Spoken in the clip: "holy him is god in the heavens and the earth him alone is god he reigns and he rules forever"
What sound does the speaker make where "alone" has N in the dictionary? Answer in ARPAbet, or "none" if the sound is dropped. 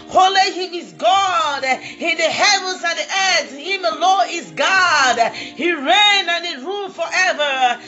none